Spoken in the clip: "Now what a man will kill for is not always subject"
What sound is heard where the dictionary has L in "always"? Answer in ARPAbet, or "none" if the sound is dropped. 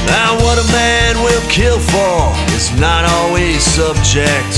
L